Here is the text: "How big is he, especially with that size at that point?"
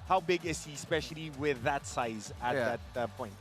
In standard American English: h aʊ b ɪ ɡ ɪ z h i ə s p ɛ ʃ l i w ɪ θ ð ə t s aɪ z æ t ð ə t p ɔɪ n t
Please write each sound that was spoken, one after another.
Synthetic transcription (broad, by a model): h aʊ b ɪ ɡ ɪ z h i s p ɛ ʃ l i w ɪ ð ə t s aɪ z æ ð ə t p ɔɪ n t